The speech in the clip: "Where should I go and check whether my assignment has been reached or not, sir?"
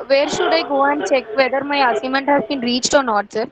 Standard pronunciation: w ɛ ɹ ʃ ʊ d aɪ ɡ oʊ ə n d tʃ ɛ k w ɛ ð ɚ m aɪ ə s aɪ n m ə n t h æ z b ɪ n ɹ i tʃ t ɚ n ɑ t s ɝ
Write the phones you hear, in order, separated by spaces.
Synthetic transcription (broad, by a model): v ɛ ɹ ʃ ʊ d aɪ ɡ oʊ ə n d tʃ ɛ k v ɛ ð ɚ m aɪ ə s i m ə n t h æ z b ɪ n ɹ i tʃ t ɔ n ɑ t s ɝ